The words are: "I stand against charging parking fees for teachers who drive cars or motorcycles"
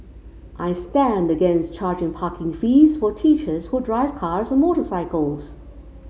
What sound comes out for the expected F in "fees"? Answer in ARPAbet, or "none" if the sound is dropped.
F